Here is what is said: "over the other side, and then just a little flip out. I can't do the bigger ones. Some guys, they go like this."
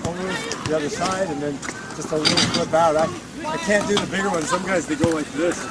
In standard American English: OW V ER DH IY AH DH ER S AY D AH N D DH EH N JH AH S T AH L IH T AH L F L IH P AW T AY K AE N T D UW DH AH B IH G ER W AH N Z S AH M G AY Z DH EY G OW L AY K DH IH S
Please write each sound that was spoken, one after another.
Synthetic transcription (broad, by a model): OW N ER DH IY AH DH ER S AY D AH N DH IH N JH AH S T AH L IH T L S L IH B AW T AY K AE N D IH DH AH B IH G ER W AH N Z S AH M G AY Z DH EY G OW W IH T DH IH S